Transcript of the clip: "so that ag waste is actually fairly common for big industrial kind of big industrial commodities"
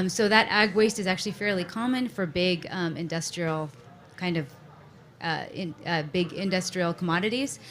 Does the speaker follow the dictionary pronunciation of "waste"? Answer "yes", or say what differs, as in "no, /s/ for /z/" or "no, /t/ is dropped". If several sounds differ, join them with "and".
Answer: yes